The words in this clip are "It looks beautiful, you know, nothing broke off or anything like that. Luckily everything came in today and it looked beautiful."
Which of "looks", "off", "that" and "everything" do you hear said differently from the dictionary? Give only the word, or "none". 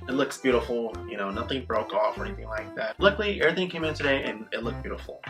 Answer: none